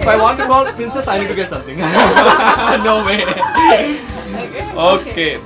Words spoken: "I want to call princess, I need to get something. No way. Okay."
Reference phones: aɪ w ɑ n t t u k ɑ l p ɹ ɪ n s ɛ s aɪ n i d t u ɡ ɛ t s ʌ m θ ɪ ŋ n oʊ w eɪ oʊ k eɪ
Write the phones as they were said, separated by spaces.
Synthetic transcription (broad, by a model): aɪ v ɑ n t t u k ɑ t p ɪ n s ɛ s aɪ n i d t u ɡ ɛ t s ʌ m t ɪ ŋ n oʊ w eɪ oʊ k eɪ